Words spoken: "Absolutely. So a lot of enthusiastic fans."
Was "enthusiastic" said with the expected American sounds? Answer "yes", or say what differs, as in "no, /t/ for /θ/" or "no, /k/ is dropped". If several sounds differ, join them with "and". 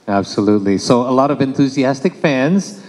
yes